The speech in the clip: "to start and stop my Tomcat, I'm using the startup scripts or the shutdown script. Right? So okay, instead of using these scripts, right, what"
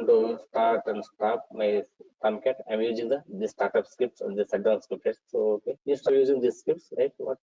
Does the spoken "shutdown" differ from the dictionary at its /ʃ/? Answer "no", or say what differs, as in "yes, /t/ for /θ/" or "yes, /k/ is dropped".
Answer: yes, /s/ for /ʃ/